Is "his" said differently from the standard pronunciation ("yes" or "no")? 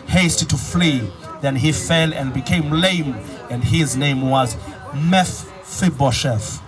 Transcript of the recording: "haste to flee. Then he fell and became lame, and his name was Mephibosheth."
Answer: no